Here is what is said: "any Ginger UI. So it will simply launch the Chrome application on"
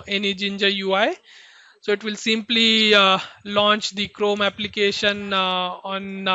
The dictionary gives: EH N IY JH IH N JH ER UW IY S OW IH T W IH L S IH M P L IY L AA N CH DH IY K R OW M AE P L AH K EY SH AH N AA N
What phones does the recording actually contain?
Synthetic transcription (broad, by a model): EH N IY JH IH N JH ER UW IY S OW IH T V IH L S IH M P L IY L AA N CH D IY K R OW M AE P L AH K EY SH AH N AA N